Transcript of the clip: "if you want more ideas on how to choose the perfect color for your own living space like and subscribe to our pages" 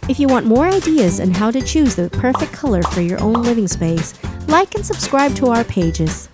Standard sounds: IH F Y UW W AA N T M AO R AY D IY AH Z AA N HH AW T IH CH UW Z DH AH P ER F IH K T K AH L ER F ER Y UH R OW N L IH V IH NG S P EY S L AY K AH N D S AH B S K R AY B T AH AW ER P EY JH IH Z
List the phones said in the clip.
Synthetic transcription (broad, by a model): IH F Y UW W AA N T M AO R AY D IY AH Z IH N HH AW T IH CH UW Z DH AH P ER F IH K K AH L ER F ER Y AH R OW N L IH V IH NG S P EY S L AY K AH N S AH B S K R AY B T AH AW ER P EY JH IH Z